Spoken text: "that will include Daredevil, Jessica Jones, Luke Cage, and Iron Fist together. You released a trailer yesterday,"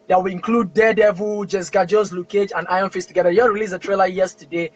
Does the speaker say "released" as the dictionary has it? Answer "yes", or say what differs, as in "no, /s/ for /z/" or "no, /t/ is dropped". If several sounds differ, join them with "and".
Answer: no, /t/ is dropped